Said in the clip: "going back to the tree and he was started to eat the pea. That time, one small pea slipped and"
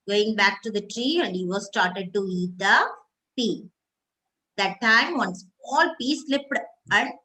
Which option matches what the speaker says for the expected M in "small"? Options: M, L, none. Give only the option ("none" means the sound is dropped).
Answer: none